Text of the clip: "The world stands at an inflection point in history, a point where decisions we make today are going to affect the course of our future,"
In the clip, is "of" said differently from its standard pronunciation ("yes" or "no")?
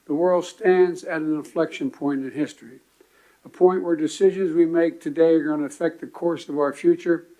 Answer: no